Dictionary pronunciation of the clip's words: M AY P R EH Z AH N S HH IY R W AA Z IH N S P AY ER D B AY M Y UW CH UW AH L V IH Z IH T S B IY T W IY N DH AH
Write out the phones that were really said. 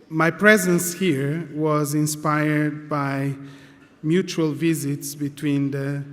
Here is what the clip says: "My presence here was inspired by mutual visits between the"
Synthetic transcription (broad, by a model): M AY P R EH Z AH N S HH IY R W AA Z IH N S P AY ER D B AY M Y UW CH UW AH L V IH Z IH T S B IY T W IY N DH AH